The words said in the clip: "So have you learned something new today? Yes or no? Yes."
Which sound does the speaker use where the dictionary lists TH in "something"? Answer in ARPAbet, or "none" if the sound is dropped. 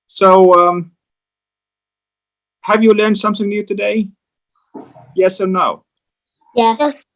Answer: TH